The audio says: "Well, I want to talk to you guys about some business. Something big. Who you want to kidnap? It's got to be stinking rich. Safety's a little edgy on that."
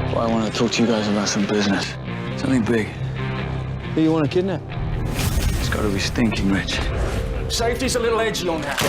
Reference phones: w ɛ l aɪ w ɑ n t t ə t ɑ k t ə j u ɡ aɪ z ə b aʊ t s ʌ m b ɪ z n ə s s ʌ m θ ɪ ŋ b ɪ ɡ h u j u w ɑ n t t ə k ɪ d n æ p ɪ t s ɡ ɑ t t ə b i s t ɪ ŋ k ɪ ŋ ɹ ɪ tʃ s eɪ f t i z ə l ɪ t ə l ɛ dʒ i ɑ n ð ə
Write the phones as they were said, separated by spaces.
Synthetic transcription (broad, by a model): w aɪ w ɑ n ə t ɑ k t ə j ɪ ɡ aɪ z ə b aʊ t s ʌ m b ɪ z n ə s s ʌ m θ ɪ ŋ b ɪ ɡ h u j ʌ w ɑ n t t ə k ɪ d n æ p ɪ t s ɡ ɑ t t ə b i s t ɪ ŋ k ɪ ŋ ɹ ɪ tʃ s eɪ f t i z ə l ɪ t l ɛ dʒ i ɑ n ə